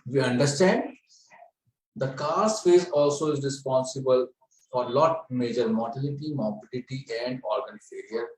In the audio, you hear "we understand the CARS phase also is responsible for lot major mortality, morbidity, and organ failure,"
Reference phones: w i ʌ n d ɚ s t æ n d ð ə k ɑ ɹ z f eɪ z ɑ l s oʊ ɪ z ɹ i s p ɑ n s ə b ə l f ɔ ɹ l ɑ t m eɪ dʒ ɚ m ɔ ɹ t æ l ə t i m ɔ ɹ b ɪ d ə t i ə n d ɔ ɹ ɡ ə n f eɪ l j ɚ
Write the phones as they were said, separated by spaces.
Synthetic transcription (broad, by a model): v i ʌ n d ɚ s t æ n d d ə k ɑ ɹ s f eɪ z ɑ l s oʊ ɪ z ɹ i s p ɑ n s ə b ə l f ɔ ɹ l ɑ t m eɪ dʒ ɚ m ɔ ɹ t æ l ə t i m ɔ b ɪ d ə t i ə n d ɔ ɹ ɡ ə n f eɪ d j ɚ